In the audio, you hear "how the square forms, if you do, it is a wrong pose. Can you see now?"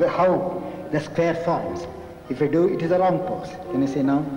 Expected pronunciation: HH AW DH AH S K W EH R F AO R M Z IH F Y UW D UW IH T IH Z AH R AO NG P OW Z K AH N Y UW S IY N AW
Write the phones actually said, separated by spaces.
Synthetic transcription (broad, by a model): HH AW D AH S K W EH R F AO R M S IH F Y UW D UW IH T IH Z AH R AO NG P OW S K AH N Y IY S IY N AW